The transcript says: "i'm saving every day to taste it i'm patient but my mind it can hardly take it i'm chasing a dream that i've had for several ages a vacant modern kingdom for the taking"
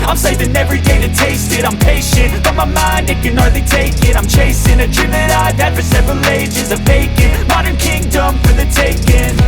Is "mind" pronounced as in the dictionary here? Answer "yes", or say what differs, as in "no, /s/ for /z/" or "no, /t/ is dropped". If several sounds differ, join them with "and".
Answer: yes